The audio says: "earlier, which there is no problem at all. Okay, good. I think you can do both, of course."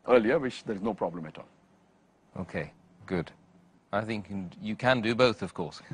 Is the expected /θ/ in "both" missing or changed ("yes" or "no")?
no